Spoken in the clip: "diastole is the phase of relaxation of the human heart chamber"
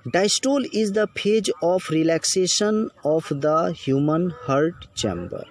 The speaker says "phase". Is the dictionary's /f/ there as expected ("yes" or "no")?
no